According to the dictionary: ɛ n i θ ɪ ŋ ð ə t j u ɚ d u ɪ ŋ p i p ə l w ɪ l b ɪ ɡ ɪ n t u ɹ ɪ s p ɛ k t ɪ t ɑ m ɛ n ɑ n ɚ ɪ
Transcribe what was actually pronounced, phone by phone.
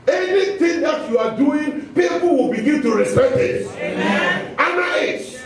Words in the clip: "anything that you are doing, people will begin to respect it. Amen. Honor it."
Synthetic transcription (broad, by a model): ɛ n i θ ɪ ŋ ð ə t j u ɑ d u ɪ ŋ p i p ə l w ɪ l b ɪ ɡ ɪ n t u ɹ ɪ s ɛ t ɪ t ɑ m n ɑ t